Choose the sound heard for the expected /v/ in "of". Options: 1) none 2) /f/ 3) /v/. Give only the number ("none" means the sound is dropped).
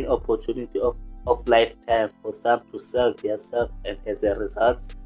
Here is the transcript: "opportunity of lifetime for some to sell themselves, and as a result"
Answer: 2